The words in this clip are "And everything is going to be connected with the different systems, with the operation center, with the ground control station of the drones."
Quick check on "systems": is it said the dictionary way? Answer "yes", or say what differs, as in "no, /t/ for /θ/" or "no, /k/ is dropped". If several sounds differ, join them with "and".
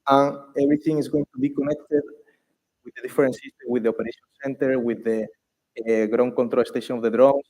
no, /z/ is dropped